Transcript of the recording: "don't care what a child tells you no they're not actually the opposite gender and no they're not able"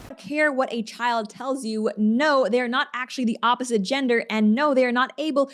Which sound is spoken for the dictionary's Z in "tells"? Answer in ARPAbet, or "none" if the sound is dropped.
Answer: Z